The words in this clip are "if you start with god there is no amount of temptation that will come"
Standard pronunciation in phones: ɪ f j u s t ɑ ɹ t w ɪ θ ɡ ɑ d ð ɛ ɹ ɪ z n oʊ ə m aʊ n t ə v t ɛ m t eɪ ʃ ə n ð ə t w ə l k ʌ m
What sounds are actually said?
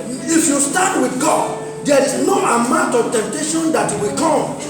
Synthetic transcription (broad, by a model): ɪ f j u s t ɑ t w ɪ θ ɡ ɑ d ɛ ɹ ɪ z n oʊ ə m aʊ n t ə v t ɛ m t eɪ ʃ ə n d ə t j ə w k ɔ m